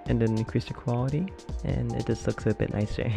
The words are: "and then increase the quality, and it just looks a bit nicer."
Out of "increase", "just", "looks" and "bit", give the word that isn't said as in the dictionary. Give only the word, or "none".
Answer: increase